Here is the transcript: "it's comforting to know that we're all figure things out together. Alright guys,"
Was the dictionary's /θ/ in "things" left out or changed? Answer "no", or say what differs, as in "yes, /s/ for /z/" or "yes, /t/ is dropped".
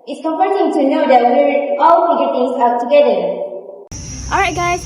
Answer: yes, /t/ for /θ/